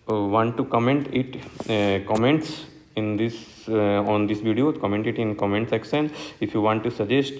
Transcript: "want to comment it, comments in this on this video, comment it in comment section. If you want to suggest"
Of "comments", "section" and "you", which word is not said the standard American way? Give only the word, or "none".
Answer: section